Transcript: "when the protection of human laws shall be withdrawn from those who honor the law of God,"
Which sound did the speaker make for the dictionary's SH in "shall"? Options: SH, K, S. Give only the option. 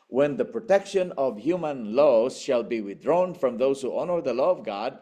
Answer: SH